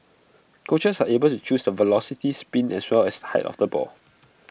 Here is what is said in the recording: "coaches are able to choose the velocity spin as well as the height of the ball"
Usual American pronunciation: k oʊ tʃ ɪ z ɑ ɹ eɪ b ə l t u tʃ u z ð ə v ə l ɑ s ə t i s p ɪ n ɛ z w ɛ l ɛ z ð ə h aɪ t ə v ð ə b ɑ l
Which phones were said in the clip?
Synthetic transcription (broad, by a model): k oʊ tʃ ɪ s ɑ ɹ eɪ b ə l t u tʃ u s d ə v ə l ɑ s ə t i s p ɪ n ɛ s w ɛ l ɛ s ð ə h aɪ t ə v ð ə b ɑ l